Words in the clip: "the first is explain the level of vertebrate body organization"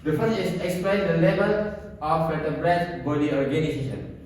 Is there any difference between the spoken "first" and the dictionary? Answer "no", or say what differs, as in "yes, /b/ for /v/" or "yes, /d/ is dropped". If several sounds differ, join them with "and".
yes, /s/ is dropped